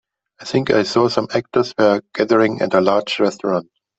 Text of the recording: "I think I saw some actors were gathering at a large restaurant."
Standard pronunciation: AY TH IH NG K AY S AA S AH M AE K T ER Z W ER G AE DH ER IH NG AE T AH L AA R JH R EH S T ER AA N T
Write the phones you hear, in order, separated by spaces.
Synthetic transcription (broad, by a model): AY TH IH NG K AY S AA S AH M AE K T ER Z W ER G AE DH ER IH NG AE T AH L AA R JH R EH S T ER AA N T